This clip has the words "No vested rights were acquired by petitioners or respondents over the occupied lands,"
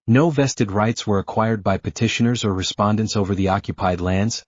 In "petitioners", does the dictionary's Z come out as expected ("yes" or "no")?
yes